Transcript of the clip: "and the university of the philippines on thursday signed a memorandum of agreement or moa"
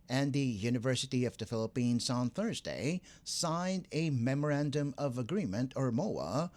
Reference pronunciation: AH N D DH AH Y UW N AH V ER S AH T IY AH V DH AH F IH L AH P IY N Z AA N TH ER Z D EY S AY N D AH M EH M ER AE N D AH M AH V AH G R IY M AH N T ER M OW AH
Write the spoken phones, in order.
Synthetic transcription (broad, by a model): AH N DH AH Y UW N AH V ER S AH T IY AH V DH AH F IH L AH P IY N Z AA N TH ER Z D EY S AY N D AH M EH M ER AE N D AH M AH V AH G R IY M AH N T ER M OW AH